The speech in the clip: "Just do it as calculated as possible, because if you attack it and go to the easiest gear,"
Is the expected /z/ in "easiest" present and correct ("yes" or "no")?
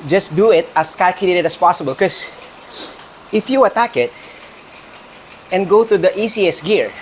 no